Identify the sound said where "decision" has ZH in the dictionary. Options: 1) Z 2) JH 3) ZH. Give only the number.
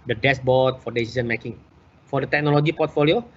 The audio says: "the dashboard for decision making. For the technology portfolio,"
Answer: 1